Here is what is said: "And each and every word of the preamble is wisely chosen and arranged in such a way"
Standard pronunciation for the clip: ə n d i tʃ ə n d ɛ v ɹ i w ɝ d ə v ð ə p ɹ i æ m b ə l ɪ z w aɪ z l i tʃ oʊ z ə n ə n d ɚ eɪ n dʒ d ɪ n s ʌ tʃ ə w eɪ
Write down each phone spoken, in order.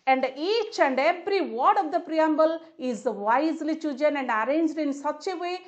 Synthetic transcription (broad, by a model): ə n d i tʃ ə n d ɛ v ɹ i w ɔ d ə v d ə p ɹ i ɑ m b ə l ɪ z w aɪ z l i tʃ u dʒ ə n ə n d ɚ eɪ n dʒ d ɪ n s ʌ tʃ ə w eɪ